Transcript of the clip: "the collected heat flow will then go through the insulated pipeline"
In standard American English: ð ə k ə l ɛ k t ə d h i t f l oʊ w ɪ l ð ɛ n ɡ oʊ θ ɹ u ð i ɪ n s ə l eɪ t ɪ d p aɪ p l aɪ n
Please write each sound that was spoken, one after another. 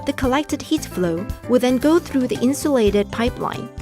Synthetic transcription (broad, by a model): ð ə k ə l ɛ k t ə d h i t f l oʊ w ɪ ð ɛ n ɡ oʊ θ ɹ u ð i ɪ n s ə l eɪ t ɪ d p aɪ p l aɪ n